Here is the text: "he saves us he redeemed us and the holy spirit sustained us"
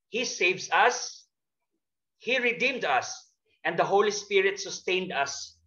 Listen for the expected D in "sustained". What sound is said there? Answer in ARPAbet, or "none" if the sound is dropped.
D